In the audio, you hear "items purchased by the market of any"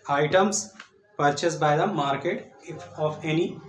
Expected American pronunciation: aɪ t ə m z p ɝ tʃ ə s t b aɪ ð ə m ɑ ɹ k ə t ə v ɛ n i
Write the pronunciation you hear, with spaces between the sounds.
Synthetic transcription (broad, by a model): aɪ t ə m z p ɝ tʃ ə s t b aɪ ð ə m ɑ ɹ k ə t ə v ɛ n i